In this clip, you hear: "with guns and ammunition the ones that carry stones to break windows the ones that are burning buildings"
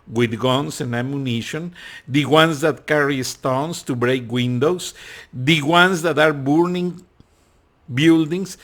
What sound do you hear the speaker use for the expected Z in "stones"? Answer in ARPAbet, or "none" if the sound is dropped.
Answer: S